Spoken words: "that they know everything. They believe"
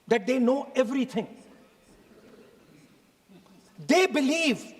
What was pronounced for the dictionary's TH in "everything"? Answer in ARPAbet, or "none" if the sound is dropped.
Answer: T